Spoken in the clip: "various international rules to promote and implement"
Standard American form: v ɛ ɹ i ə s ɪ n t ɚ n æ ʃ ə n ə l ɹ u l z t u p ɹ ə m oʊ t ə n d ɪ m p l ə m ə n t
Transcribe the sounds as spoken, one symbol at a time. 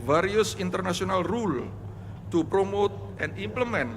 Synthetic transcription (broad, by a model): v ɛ ɹ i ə s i n t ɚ n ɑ s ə n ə l ɹ u l t u p ɹ ə m oʊ t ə n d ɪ m p l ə m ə n